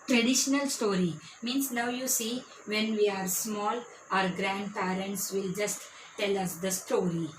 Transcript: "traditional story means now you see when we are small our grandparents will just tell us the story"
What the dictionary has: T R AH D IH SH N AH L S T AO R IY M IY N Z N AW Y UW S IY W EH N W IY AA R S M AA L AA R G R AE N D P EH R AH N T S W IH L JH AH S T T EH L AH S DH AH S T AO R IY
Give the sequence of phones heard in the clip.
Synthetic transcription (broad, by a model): T R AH D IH SH N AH L S T AO R IY M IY N S N AW Y UW S IY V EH N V IY AA R S M AA L AA R G R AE N D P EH R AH N T S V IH L JH AH S T T EH L AH S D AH S T AO R IY